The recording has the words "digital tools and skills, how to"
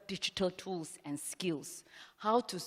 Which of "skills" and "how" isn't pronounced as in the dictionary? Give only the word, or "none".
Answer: skills